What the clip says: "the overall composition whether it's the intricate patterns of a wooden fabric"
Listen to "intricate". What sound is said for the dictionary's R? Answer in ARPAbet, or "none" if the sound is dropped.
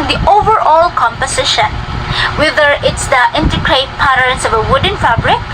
none